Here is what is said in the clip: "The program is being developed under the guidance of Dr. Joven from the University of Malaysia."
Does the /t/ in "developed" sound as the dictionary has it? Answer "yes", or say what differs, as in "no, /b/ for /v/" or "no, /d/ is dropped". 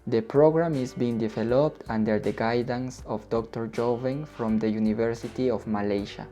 yes